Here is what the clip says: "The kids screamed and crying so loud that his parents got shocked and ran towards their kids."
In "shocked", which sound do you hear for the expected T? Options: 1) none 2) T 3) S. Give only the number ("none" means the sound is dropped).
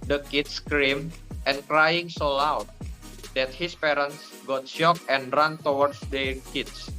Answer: 1